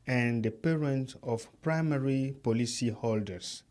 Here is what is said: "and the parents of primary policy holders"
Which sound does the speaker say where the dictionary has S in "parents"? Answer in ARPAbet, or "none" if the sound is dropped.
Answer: none